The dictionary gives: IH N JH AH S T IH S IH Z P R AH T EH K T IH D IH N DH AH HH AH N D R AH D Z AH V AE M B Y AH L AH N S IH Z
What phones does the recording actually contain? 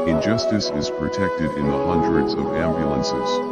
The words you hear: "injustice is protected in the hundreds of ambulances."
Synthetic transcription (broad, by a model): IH N JH AH S T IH S IH Z P R AH T EH K T IH D IH N DH AH HH AH N D R AH D Z AH V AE M B Y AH L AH N S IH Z